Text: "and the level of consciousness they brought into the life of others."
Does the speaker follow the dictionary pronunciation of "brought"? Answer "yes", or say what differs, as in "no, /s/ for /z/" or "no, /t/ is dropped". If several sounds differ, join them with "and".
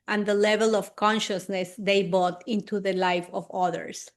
no, /ɹ/ is dropped